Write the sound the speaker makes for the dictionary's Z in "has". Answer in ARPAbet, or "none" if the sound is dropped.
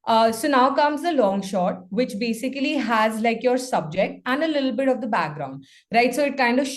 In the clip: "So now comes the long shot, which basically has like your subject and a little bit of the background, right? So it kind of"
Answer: Z